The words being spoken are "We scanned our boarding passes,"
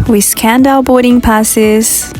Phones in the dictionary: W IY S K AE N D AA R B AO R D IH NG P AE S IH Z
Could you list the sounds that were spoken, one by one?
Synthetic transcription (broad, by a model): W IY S K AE N D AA L B AO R D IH NG P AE S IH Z